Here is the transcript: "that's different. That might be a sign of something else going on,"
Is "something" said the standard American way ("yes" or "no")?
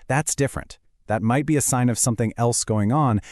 yes